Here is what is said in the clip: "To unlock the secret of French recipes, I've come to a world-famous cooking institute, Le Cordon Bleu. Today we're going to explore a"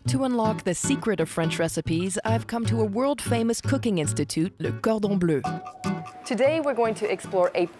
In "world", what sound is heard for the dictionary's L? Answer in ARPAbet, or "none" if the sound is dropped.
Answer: L